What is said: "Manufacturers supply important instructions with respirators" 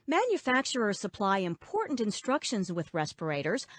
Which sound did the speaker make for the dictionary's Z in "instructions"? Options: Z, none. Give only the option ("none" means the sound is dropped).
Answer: Z